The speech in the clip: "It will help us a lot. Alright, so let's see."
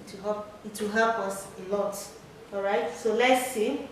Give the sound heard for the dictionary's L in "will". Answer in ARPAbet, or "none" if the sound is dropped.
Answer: W